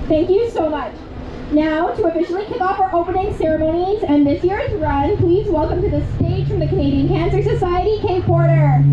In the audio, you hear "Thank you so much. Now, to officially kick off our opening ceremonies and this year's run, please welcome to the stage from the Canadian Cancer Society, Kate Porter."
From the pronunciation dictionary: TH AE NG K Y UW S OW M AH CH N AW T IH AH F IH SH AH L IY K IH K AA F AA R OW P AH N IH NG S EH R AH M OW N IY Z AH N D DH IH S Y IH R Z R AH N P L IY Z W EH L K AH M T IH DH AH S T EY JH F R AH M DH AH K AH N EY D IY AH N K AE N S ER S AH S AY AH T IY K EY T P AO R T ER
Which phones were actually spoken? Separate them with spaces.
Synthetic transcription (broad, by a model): TH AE NG K Y UW S OW M AH CH N AW T IH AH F IH SH L IY K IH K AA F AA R OW P AH N IH NG S EH R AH M OW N IY Z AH N DH IH S Y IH R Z R AH N P L IY Z W EH L K AH M T IH DH AH S T EY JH F R AH M DH AH K AH N EY D IY AH N K AE N S ER S AH S AY AH T IY K EY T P AO R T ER